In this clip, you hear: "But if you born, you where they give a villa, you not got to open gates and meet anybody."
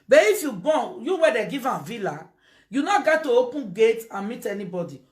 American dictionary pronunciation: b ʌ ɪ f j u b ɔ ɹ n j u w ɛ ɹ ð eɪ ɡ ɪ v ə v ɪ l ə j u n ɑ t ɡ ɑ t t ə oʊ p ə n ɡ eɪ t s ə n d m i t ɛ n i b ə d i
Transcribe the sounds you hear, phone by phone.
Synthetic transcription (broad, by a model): b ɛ ɪ f j u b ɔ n j u w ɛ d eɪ ɡ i v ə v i l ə j u n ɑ ɡ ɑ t t ə oʊ p ə n ɡ eɪ t ə n m i t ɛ n i b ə d i